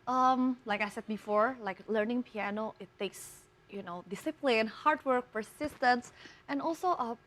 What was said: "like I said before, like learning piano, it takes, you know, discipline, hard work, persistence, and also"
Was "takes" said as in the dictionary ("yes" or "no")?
yes